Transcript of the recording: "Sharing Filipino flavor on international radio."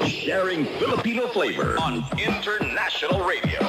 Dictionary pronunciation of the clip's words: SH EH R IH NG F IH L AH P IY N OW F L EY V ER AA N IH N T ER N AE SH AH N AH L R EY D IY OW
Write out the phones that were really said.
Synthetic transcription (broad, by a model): SH EH R IH NG F IH L AH P IY N OW F L EY V ER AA N IH N T ER N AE SH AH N L R EY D IY OW